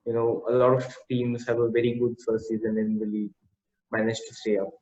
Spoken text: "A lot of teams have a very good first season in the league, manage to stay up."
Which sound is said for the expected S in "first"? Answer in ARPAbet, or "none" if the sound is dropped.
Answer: none